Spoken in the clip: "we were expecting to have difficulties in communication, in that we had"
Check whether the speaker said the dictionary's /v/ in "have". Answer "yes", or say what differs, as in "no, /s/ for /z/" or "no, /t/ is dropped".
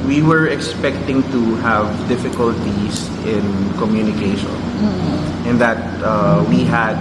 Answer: yes